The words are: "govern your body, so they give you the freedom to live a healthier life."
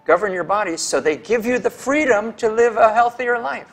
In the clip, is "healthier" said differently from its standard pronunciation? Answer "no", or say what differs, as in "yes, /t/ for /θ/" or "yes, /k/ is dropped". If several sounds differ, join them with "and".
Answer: no